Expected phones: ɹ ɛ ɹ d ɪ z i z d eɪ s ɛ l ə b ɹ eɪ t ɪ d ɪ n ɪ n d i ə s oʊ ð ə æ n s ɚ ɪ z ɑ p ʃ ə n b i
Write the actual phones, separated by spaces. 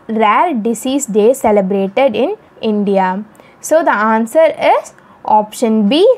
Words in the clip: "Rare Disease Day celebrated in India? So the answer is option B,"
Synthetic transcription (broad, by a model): ɹ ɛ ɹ d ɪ s i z d eɪ s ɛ l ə b ɹ eɪ t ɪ d ɪ n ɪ n d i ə s oʊ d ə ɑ n s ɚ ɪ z ɑ p ʃ ə n b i